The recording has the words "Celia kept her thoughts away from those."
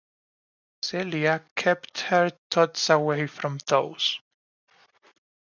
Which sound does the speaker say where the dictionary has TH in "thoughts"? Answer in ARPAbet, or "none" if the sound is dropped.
T